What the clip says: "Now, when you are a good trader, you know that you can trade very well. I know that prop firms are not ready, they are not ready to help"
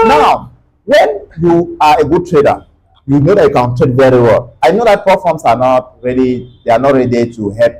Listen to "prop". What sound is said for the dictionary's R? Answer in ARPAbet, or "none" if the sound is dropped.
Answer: none